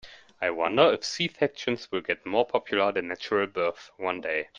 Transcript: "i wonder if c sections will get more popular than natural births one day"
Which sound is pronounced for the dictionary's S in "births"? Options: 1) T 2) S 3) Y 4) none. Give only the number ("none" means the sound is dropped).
4